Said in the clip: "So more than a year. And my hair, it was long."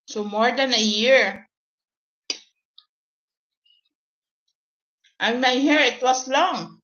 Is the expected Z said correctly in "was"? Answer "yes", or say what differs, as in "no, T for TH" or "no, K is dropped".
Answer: no, S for Z